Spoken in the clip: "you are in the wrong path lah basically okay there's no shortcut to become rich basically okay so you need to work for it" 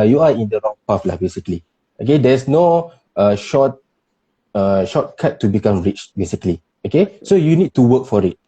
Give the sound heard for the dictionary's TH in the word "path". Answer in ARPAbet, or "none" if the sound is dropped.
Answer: F